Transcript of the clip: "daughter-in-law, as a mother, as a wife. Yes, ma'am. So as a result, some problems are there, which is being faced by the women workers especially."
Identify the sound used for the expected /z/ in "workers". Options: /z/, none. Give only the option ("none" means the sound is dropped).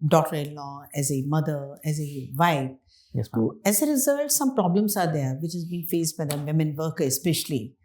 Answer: none